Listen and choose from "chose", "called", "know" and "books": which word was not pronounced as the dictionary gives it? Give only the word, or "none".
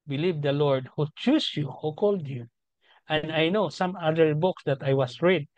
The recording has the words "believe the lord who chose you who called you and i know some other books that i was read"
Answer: chose